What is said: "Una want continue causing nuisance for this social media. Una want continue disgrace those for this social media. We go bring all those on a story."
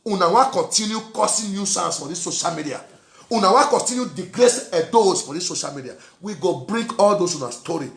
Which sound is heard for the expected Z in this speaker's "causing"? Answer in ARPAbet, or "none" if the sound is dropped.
S